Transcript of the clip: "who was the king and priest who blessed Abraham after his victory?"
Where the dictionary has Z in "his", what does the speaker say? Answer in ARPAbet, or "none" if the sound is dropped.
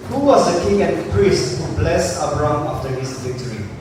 S